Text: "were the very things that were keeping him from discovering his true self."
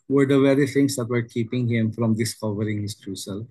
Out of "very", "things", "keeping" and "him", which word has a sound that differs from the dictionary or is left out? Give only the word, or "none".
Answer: things